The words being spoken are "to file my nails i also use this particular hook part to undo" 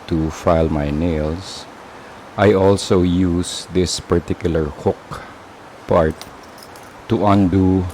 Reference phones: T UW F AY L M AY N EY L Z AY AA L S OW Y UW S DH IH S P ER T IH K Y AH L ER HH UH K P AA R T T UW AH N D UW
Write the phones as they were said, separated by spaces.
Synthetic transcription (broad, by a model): T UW F AY L M AY N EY L S AY AA L S OW Y UW S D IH S P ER T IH K Y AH L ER HH UH K P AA R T T UW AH N D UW